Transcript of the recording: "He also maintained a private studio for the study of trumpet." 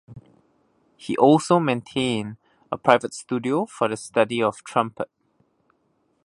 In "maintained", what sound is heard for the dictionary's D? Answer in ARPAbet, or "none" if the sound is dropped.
none